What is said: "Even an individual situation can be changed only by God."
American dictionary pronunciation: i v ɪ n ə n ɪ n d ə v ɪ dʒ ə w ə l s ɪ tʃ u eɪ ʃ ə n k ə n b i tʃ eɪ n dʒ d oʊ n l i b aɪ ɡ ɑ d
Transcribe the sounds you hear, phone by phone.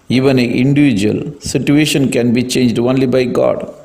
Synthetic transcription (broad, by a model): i v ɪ n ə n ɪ n d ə v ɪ dʒ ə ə l s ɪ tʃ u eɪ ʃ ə n k ə n b i tʃ eɪ n dʒ d oʊ n l i b aɪ ɡ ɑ d